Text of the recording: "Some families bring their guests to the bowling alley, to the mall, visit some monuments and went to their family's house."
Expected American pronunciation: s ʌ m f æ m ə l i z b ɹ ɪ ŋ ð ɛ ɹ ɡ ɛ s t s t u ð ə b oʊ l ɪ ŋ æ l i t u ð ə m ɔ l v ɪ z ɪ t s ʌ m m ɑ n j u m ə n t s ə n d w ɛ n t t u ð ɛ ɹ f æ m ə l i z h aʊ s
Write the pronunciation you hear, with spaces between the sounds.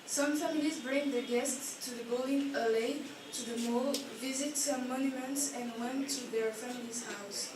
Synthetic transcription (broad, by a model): s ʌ m f æ m ə l i z b ɹ ɪ ŋ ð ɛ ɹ ɡ ɛ s t s t u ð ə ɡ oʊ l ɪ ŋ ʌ l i t u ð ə m ɔ l v ɪ z ɪ t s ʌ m m ɑ n j u m ə n t s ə n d w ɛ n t t u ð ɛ ɹ f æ m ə l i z h aʊ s